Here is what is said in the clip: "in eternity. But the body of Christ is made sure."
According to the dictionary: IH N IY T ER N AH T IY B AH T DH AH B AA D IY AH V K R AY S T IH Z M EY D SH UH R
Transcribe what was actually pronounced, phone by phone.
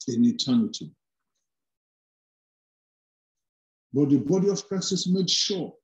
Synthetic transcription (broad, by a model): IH N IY T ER N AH T IY B AH T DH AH B AA D IY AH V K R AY S IH S M EY D SH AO